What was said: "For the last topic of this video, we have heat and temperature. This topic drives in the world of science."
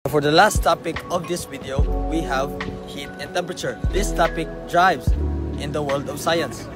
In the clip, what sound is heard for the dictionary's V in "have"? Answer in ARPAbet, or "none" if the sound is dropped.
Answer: V